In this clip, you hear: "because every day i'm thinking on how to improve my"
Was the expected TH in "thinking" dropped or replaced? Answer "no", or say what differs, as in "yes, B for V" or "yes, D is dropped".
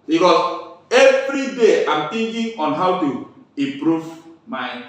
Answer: yes, T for TH